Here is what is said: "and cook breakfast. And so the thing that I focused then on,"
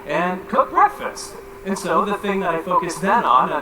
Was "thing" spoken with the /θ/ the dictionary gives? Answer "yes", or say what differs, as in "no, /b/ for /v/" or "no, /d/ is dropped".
yes